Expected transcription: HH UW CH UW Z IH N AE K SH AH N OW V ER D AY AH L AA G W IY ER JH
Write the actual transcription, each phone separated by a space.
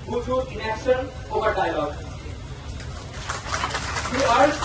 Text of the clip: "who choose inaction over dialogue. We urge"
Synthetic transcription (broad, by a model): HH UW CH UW IH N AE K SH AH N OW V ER D AY L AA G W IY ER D